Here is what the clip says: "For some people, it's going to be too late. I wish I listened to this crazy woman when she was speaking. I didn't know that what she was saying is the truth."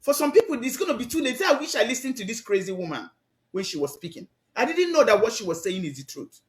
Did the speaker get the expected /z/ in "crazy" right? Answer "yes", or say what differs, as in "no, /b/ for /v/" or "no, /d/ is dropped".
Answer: yes